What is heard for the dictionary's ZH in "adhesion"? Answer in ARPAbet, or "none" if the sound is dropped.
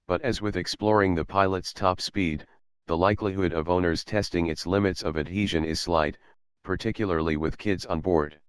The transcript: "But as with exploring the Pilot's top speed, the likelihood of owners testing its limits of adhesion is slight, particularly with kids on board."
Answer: ZH